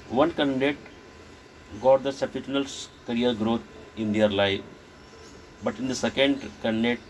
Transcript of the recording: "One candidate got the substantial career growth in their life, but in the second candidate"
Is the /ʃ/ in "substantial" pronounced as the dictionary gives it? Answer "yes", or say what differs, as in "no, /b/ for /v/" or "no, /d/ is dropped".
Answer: no, /ʃ/ is dropped